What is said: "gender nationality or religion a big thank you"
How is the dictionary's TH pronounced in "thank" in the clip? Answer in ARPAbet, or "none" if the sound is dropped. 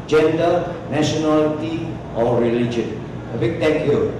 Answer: T